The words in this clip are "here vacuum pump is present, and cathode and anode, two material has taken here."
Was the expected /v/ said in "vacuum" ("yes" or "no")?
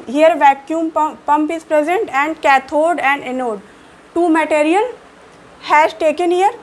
yes